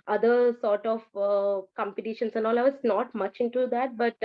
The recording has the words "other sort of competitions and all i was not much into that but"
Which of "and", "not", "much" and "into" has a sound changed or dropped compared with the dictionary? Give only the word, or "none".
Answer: none